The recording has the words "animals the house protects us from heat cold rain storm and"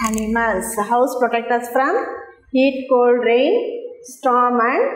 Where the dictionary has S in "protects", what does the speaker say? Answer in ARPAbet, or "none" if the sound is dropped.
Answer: none